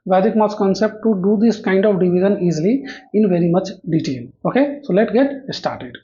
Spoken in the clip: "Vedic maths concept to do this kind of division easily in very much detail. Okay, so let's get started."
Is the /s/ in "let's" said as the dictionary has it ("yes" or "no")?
no